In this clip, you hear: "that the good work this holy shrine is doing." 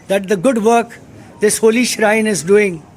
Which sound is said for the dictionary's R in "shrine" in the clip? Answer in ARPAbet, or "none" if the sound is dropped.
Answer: R